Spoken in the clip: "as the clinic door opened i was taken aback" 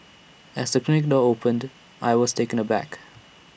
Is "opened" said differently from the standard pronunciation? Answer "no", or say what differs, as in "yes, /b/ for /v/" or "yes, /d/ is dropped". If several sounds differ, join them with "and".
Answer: no